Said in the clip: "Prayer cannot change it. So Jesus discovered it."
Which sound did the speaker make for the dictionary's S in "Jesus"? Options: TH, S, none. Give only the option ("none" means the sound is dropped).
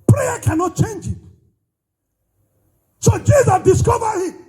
none